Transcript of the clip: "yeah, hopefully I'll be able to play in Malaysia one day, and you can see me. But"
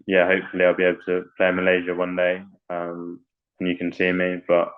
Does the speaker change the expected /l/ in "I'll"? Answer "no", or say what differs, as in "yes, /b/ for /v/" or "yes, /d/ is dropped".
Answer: no